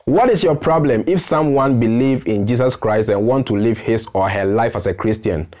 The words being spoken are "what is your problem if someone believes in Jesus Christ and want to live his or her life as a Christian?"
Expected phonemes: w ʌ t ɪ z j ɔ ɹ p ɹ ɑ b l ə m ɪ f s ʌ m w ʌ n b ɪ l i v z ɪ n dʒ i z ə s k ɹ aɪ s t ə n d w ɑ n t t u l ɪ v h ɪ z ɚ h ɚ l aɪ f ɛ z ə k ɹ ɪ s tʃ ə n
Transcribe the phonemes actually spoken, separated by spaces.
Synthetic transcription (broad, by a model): w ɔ t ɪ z j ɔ p ɹ ɑ b l ə m ɪ f s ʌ m w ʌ n b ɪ l i v ɪ n dʒ i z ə s k ɹ aɪ s t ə n w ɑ n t t u l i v h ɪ s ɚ h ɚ l aɪ f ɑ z ə k ɹ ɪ s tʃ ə n